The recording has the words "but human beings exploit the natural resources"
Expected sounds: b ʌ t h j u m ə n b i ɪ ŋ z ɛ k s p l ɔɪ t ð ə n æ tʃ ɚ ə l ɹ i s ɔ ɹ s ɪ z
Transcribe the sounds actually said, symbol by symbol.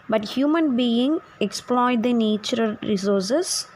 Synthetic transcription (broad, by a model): b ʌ t h j u m ə n b i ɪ ŋ ɛ k s p l ɔɪ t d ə n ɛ tʃ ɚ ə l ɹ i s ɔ ɹ s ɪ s